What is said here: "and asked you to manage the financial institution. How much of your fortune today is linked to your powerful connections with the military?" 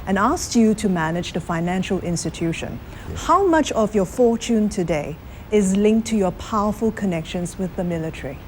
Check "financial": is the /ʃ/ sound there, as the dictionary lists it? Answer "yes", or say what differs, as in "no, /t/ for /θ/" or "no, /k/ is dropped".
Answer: yes